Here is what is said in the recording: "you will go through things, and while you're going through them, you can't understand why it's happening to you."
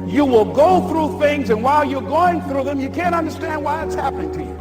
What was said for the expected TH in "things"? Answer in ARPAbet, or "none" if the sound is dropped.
TH